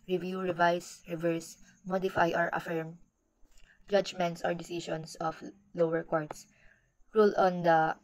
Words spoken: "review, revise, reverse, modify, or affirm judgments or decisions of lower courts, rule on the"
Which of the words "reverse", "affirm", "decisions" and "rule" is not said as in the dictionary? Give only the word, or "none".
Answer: decisions